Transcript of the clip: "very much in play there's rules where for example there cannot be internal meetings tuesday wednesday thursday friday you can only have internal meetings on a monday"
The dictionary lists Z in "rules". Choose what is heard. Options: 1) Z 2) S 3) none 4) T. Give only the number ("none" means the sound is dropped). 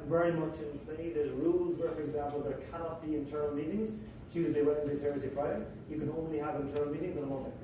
1